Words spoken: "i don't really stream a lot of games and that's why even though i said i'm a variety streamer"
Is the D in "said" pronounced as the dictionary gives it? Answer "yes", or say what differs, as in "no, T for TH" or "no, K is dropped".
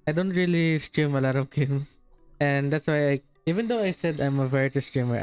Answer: yes